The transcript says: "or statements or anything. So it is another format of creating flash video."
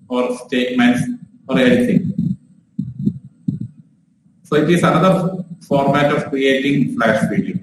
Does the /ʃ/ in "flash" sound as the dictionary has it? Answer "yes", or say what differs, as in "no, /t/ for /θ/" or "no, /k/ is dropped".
no, /s/ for /ʃ/